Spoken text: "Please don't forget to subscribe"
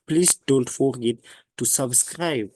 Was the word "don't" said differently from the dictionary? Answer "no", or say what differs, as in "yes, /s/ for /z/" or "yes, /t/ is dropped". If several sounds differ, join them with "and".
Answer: yes, /l/ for /n/